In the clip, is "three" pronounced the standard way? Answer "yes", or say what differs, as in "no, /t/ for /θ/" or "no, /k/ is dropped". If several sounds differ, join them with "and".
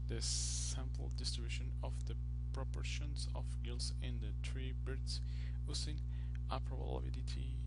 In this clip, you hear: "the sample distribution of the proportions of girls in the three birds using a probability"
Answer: no, /t/ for /θ/